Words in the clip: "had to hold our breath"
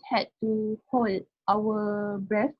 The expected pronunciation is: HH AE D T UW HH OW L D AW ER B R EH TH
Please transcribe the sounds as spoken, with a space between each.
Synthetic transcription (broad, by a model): HH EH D T UW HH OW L AW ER B R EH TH